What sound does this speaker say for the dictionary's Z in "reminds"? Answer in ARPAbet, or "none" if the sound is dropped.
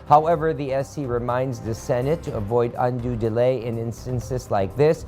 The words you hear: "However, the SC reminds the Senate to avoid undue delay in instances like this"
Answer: Z